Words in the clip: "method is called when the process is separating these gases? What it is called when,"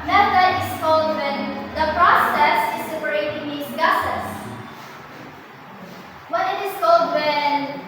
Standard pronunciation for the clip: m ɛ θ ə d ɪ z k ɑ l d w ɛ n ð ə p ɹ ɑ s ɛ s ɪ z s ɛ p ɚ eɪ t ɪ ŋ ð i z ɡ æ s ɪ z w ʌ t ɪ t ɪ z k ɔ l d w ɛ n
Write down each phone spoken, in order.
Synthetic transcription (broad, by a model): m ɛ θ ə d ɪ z k ɑ l d w ɛ n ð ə p ɹ ɑ s ɛ s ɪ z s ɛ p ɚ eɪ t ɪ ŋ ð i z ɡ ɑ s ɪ s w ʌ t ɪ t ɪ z k ɔ l d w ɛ n